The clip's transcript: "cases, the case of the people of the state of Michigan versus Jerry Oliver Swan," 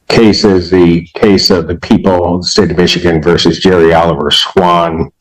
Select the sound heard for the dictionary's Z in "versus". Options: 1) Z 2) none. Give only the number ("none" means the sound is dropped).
1